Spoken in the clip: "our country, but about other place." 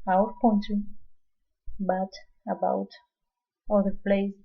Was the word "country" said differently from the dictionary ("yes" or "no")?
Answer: yes